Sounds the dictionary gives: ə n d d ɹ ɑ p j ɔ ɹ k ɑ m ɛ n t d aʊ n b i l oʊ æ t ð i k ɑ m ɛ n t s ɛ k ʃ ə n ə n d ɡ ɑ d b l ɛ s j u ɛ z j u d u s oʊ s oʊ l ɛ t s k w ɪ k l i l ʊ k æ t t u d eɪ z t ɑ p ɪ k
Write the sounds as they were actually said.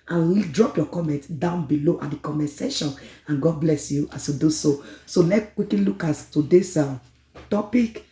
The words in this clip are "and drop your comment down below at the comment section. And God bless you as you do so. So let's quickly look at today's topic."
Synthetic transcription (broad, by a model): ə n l d ɹ ɑ p j ɔ k ɑ m ɛ n t d aʊ n b i l oʊ t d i k ɑ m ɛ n s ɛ ʃ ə n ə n ɡ ɑ d b l ɛ s j u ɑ s j u d u s oʊ s oʊ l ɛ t k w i k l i l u k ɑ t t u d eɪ s t ɑ p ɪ k